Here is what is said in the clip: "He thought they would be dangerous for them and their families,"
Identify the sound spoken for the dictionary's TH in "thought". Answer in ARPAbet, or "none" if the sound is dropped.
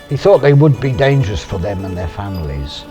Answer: TH